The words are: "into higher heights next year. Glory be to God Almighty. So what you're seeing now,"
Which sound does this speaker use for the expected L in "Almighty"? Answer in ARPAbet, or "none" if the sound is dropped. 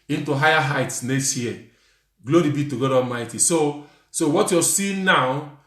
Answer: none